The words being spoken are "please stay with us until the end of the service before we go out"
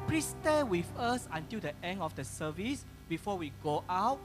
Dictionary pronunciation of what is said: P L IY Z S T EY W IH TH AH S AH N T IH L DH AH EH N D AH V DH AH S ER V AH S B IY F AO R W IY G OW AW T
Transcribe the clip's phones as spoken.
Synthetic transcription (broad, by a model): P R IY S T EY W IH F AH S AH N T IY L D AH EH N AH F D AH S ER V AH S B IY F AO W IY G OW AW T